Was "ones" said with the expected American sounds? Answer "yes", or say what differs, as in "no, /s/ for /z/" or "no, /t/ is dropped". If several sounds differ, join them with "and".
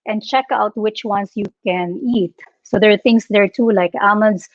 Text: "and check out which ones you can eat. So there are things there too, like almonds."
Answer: no, /s/ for /z/